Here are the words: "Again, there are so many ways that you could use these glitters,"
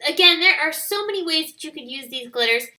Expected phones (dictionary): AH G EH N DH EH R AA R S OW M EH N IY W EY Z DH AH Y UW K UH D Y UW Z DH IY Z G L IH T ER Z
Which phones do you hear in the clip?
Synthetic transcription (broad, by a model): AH G EH N DH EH R AA R S OW M EH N IY W EY Z DH AH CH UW K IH D Y UW Z DH IY Z G L IH T ER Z